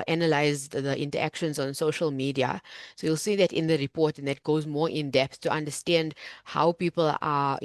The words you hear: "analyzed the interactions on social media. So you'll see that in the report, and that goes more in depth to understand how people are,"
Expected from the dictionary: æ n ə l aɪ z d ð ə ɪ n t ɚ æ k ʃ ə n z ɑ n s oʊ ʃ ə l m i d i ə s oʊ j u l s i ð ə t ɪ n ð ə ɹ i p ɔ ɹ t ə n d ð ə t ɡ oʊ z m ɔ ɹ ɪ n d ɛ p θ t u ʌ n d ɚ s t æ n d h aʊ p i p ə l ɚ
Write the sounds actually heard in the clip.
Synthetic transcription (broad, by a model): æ n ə l aɪ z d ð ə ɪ n t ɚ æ k ʃ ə n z ɑ n s oʊ ʃ ə l m i d i ə s oʊ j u l s i ð ə t ɪ n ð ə ɹ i p ɔ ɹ t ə n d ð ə t ɡ oʊ z m ɔ ɹ ɪ n d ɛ p s t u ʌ n d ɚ s t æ n d h aʊ p i p ə l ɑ